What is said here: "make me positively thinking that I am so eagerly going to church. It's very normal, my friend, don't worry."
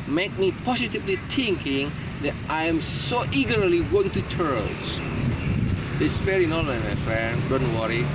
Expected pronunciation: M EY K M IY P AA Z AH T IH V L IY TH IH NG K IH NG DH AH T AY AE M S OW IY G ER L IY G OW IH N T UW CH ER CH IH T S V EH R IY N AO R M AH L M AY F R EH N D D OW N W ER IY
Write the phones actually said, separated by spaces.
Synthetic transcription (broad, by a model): M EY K M IY P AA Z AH T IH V L IY T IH NG K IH NG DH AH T AY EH M S OW IY G ER L IY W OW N T UW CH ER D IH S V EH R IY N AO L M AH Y M AY F R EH N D D OW N W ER IY